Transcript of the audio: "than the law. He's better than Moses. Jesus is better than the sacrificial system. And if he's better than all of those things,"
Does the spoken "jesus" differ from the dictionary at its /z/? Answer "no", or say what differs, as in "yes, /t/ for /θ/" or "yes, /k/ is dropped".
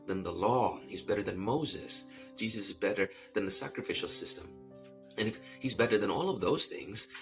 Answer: no